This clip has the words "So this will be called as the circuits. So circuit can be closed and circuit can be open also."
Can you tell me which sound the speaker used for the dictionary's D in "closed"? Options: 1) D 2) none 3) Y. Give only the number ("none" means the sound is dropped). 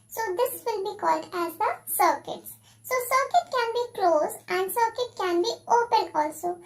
2